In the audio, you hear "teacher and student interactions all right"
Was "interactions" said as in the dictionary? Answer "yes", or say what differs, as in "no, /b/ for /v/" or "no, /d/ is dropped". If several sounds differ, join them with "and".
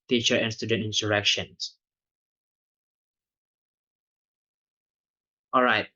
no, /s/ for /t/ and /s/ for /z/